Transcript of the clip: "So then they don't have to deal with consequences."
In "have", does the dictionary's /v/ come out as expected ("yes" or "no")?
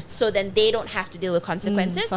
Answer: no